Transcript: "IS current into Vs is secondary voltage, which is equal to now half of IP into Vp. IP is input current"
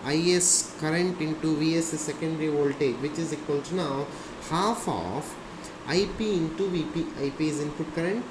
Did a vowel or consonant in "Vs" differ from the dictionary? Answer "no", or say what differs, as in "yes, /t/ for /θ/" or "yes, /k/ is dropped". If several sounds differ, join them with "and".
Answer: no